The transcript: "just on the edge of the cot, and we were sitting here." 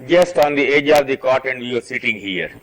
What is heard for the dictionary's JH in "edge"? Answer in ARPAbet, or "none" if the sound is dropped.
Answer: JH